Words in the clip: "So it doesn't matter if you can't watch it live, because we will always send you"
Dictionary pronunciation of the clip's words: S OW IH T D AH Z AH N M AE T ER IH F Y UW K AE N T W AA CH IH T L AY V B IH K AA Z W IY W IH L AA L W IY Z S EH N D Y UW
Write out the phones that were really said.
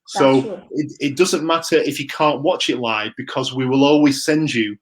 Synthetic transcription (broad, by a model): S OW IH T D AH Z AH N M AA T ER IH F Y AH K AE N T W AA CH IH T L AY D B IH K AA Z W IY W IH L AA L W IY Z S EH N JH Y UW